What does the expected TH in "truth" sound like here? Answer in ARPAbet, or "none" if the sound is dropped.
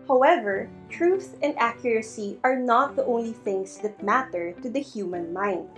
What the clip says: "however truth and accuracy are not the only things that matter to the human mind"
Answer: TH